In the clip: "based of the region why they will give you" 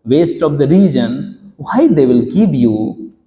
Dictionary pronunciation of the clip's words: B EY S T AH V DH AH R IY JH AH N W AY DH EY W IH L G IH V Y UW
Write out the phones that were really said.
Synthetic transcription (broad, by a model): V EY S T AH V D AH R IY JH AH N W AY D EY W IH L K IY P Y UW